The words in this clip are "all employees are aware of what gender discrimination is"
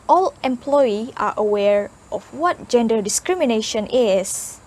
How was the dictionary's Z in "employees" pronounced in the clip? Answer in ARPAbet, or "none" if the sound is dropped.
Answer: none